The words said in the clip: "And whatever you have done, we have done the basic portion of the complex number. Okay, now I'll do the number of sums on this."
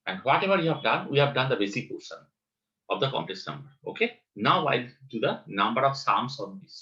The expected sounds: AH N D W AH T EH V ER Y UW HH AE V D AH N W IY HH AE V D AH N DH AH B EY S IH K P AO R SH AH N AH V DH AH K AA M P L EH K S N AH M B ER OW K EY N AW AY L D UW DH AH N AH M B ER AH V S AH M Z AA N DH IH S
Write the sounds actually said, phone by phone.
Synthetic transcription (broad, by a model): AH N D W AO T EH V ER Y UW HH AE V D AH N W IY HH AE V D AH N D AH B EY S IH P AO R S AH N AH V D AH K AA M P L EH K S N AH M B ER OW K EY N AW AY L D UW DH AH N AH M B ER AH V S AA M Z AA N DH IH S